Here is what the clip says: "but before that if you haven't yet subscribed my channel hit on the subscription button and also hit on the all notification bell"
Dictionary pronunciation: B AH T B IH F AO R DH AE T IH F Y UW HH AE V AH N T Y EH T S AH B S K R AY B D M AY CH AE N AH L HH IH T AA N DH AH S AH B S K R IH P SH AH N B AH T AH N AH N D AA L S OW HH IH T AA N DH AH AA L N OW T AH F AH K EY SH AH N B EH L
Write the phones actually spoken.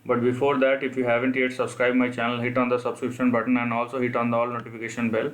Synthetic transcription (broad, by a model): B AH T B IH F AO R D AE T IH F Y UW HH AE V AH N T Y EH T S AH B S K R AY B M AY CH AE N AH L HH IH T AA N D AH S AH B S K R IH P SH AH N B AH T AH N AH N D AA L S OW HH IH T AA N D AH AA L N OW T AH F AH K EY SH AH N B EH L